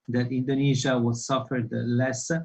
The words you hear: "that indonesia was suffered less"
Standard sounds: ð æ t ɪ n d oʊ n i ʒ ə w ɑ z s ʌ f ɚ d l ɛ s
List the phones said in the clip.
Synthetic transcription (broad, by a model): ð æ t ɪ n d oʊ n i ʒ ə w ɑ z s ʌ f ɚ d l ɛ s